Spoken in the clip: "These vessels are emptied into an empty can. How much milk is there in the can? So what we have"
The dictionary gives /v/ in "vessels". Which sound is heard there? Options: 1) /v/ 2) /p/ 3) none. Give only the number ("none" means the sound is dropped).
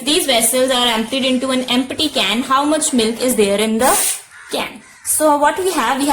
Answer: 1